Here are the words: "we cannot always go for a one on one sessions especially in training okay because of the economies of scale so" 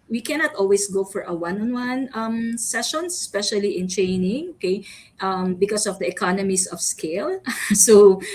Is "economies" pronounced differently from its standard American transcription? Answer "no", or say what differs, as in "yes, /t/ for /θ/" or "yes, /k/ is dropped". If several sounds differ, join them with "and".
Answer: yes, /s/ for /z/